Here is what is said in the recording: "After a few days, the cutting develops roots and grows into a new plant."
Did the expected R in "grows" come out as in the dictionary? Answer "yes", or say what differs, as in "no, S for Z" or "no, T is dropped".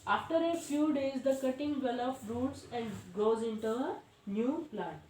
no, R is dropped